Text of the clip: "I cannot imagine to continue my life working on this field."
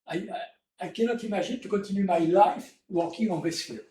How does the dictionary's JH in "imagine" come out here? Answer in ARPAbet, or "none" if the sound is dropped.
ZH